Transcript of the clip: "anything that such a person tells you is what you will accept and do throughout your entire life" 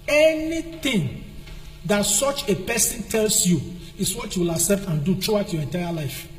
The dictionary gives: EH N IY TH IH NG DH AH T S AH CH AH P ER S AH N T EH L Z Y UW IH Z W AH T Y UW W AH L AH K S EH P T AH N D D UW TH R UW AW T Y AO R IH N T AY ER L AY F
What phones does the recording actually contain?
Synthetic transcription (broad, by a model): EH N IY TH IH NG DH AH T S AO CH AH P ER S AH N T EH L S Y UW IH S W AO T Y UW W AH L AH S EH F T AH N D D UW T R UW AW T Y AO R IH N T AY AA L AY F